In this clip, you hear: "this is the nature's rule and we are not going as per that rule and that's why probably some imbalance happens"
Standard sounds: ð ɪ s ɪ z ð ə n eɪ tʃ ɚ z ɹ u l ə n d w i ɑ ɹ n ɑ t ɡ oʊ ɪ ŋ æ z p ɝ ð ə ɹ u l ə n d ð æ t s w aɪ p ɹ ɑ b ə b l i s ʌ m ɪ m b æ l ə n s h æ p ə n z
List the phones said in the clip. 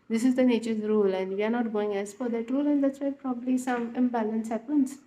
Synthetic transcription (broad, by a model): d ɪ s ɪ z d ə n eɪ tʃ ɚ z ɹ u l ə n d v i ɑ ɹ n ɑ t ɡ oʊ ɪ ŋ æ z f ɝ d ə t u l ə n d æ t s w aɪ p ɹ ɑ b ə b l i s ʌ m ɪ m b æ l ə n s h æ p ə n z